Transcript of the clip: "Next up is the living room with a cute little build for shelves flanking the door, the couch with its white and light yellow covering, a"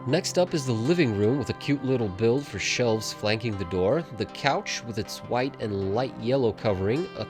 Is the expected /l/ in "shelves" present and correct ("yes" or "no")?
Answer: yes